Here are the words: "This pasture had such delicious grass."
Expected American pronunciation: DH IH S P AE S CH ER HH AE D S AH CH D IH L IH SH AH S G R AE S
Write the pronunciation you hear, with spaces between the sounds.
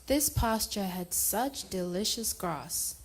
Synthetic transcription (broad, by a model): DH IH S P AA S CH ER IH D S AH CH D IH L IH SH AH S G R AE S